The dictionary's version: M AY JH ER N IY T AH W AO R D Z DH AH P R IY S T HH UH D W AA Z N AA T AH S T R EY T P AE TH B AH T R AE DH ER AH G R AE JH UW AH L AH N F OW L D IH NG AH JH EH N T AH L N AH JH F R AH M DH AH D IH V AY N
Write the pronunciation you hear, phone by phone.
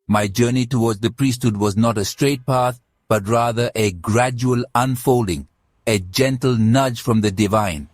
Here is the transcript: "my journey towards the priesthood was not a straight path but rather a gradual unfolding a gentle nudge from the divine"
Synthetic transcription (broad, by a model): M AY JH ER N IY T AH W AO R D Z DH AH P R IY S T HH UH D W AA Z N AA T AH S T R EY T P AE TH B AH T R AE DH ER AH G R AE JH UW AH L AH N F OW L D IH NG AH JH EH N T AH L N AH JH F R AH M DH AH D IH V AY N